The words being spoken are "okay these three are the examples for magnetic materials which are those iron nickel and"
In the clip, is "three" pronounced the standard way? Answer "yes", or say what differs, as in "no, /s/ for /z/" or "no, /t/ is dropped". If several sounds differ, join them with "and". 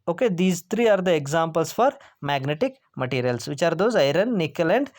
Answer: no, /t/ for /θ/